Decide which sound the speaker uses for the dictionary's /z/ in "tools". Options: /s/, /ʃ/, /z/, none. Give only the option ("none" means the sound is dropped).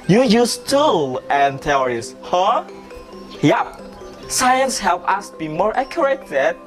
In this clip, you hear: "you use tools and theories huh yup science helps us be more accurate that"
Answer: none